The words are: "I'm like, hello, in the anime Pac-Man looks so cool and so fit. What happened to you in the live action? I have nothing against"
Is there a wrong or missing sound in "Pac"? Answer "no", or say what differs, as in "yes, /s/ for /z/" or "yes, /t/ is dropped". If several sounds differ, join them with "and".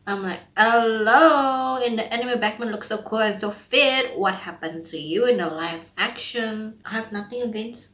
yes, /b/ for /p/